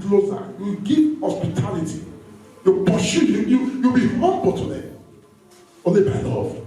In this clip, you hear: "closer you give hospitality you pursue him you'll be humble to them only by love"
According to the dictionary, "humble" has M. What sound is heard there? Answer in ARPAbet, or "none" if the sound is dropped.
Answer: M